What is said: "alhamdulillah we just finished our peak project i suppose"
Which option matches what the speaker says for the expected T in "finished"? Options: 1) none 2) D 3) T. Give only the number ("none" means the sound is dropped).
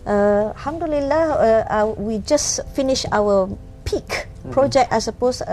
1